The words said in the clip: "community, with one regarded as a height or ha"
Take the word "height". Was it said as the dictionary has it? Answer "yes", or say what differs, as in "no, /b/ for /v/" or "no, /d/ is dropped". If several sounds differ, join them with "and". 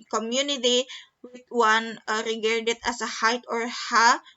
yes